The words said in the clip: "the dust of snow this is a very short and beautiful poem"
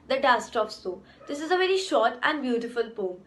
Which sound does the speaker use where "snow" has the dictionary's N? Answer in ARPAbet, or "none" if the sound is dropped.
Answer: none